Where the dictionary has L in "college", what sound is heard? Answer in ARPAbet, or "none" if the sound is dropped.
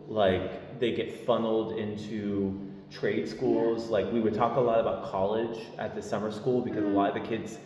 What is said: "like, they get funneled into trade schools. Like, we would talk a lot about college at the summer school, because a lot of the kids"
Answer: L